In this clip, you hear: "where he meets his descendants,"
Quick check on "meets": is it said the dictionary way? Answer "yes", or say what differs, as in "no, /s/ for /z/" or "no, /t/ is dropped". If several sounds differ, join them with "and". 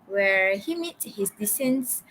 no, /s/ is dropped